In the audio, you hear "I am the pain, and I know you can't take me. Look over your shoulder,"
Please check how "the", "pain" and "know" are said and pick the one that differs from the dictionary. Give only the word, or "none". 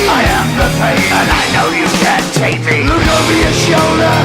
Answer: pain